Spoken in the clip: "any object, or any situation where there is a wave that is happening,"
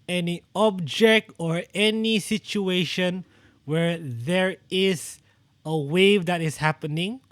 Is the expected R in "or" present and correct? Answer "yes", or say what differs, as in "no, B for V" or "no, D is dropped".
yes